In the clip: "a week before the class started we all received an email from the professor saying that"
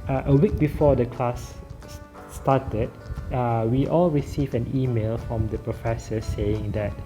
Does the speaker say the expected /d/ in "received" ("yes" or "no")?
no